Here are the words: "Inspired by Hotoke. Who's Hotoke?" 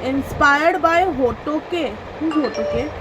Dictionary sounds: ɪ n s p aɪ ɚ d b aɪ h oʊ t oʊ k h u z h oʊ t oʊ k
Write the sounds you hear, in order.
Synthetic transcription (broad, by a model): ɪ n s p aɪ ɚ d b aɪ h oʊ t oʊ k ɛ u h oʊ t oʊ k